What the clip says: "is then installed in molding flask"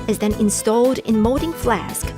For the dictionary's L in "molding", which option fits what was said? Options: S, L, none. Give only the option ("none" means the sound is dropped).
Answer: none